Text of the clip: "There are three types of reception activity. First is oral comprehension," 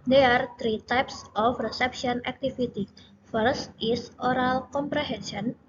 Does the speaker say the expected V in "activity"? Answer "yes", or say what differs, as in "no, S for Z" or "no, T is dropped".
no, F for V